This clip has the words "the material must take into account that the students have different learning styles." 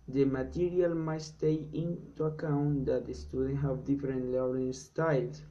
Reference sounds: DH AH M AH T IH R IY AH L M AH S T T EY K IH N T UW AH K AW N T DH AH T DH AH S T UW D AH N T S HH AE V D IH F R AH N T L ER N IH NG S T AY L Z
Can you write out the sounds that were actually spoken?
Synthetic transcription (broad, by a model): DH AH M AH T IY R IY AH L M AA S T T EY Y IH N T UW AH K AW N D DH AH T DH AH S T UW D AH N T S HH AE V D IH F R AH N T L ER L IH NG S T AY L